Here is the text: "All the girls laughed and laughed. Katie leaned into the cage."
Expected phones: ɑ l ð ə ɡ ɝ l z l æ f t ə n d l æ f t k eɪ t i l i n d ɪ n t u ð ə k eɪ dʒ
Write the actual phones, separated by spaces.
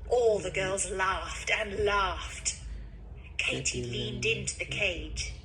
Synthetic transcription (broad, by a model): ɑ l ð ə ɡ ɝ l z l æ f t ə n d l æ f t k eɪ t i l i n d ɪ n t u ð ə k eɪ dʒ